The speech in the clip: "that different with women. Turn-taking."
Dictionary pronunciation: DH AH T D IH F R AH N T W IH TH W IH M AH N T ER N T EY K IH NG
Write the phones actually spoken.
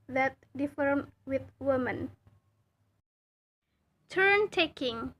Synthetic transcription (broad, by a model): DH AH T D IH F AH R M W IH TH W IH M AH N T ER N T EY K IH NG